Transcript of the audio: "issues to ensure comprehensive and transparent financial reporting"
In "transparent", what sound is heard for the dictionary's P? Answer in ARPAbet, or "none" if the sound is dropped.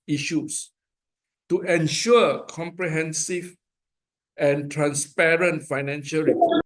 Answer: P